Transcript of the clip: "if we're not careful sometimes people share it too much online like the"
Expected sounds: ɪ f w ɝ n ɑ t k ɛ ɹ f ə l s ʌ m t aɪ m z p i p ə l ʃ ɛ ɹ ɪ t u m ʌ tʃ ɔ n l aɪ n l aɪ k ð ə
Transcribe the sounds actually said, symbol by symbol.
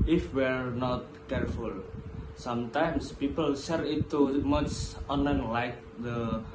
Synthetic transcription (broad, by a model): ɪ f w ɝ n ɑ t k ɛ ɹ f ə l s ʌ m t aɪ m s p i p ə l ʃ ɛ ɹ ɪ t u m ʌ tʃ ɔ n aɪ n l aɪ k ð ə